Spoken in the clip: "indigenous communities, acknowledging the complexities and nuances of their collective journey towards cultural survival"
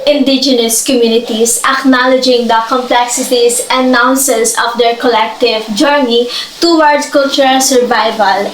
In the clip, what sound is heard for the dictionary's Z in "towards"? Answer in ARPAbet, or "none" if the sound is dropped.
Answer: none